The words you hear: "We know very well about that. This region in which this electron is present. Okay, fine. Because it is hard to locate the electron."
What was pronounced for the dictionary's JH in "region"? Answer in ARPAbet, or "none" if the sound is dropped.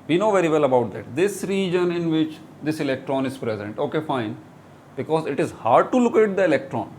JH